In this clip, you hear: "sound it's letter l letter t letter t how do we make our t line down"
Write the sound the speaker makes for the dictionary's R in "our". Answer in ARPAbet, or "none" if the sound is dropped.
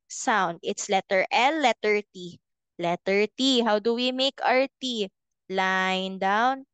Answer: R